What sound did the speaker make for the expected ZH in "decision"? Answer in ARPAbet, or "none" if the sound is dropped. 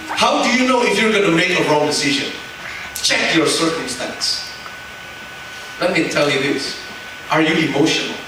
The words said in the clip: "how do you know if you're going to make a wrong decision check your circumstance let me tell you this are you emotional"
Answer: ZH